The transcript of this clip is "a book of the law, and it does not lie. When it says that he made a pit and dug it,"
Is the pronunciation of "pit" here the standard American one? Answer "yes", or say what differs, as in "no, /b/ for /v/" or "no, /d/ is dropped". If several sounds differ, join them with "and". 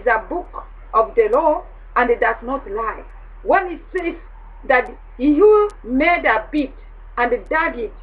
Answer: no, /b/ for /p/